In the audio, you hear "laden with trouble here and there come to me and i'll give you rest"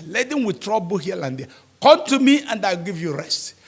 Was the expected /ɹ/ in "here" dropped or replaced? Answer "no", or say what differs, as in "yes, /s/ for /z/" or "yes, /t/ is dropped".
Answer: yes, /l/ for /ɹ/